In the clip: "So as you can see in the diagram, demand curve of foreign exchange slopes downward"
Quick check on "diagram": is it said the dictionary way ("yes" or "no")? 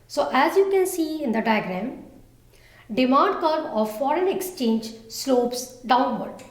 yes